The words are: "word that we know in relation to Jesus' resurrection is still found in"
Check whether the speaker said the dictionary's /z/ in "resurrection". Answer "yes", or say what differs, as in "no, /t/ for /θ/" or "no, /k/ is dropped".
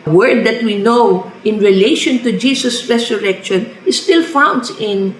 no, /s/ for /z/